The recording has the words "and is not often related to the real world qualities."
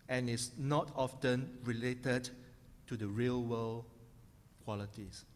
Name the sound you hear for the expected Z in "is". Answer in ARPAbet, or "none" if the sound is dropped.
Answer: S